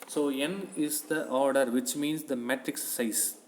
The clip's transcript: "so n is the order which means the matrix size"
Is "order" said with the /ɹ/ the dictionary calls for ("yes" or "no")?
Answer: yes